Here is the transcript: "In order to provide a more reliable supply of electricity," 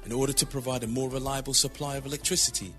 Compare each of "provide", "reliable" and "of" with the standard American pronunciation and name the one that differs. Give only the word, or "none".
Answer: none